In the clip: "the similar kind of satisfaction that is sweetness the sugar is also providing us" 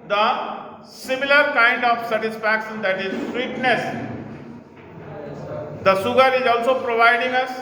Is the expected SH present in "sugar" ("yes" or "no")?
no